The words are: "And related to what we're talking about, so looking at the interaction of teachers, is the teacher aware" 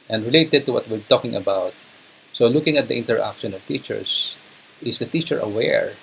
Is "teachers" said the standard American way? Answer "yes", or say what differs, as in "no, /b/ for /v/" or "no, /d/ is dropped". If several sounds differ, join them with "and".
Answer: no, /s/ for /z/